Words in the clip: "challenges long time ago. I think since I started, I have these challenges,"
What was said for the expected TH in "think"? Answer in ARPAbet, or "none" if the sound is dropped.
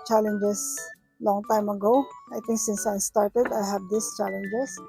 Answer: T